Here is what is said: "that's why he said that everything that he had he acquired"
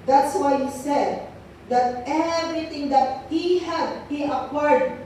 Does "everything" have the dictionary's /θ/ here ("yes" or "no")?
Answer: no